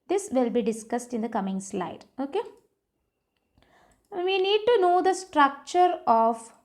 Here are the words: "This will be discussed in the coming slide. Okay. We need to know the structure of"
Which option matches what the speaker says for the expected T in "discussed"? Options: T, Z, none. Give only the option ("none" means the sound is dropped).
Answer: T